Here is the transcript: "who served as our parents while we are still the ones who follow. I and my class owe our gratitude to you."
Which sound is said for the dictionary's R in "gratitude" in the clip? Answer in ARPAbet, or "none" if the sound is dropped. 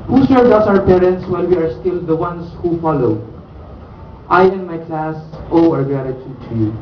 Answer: none